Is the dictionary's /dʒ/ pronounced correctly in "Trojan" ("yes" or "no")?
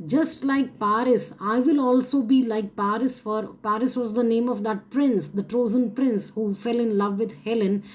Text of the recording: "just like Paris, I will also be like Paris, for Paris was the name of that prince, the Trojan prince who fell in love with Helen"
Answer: no